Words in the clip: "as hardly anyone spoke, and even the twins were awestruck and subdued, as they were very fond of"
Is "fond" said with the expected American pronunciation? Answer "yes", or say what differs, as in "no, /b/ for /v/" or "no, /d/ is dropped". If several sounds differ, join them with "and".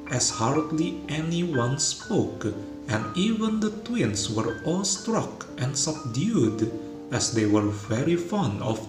yes